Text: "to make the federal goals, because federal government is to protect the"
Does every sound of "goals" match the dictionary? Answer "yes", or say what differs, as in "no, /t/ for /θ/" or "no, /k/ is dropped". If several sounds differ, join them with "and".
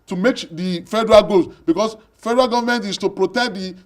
no, /l/ is dropped